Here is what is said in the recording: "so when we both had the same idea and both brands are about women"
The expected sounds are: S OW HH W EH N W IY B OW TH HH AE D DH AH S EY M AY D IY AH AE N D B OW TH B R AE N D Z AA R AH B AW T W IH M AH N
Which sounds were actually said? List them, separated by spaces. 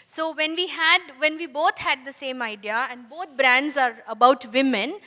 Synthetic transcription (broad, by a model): S OW HH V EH N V IY B OW T HH AE D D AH S EY M AY D IY AH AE N D B OW T B R AE N D Z AA R AH B AW T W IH M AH N